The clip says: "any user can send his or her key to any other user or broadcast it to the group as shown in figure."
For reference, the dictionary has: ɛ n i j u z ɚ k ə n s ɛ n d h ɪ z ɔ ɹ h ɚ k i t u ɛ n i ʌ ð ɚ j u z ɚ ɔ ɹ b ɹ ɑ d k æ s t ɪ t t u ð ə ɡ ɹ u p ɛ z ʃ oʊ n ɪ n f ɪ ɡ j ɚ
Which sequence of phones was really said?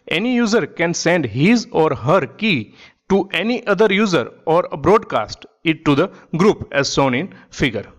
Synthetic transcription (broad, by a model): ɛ n i j u z ɚ k ə n s ɛ n d h ɪ z ɔ ɹ h ɚ k i t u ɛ n i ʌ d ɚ j u z ɚ ɔ ɹ b ɹ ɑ d k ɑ s t ɪ t t u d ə ɡ ɹ u p ɛ z s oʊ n ɪ n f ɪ ɡ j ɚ